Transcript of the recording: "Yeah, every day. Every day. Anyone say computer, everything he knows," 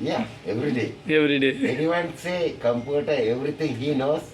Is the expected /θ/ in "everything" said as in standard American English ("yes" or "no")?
no